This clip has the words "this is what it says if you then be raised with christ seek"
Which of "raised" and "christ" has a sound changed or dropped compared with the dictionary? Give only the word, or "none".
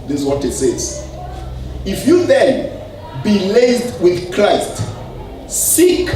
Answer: raised